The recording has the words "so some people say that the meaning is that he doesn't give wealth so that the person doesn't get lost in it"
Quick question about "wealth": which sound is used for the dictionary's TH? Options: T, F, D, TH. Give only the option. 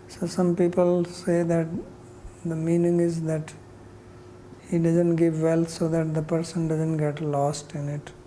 T